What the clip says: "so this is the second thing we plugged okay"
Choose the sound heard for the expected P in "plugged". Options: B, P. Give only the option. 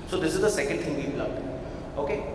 B